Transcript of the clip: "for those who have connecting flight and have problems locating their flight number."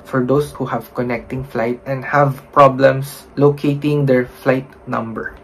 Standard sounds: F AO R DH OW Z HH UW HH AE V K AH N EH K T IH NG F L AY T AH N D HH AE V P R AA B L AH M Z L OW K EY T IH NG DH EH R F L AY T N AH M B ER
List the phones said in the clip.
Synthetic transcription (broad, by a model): F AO R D OW S HH UW HH AE V K AH N EH K T IH NG F L AY T AH N D HH AE V P R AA B L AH M S L OW K EY T IH NG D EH R F L AY T N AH M B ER